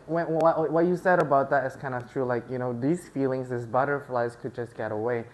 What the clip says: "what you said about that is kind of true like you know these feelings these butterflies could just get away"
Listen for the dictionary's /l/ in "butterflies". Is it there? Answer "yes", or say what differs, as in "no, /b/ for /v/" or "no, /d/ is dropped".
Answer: yes